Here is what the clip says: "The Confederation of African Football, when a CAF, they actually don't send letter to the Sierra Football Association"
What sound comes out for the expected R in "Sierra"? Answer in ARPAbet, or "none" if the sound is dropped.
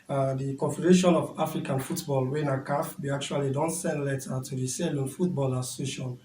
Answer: L